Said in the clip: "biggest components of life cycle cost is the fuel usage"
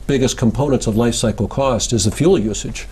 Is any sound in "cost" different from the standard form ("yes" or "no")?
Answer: no